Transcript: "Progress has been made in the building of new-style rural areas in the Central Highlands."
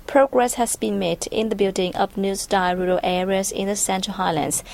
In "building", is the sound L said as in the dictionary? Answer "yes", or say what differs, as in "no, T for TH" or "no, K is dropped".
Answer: yes